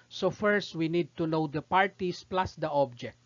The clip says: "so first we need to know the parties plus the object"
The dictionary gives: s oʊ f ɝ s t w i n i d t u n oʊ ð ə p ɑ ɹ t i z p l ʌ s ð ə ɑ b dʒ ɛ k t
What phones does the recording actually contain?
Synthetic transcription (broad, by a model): s oʊ f ɝ s t w i n i d t u n oʊ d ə p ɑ ɹ t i s p l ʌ s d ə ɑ b dʒ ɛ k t